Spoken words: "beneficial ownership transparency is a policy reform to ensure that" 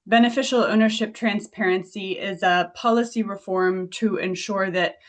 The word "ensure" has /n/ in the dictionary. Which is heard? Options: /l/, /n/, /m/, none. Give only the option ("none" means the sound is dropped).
/n/